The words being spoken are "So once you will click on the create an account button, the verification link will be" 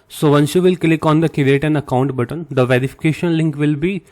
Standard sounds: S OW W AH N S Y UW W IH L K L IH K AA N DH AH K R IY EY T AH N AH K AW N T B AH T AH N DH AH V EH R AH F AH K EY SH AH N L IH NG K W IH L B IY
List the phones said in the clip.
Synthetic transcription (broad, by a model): S OW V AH N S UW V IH L K L IH K AA N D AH K IY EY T AH N AH K AW N T B AH T AH N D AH V EH R AH F AH K EY SH AH N L IH NG K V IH L B IY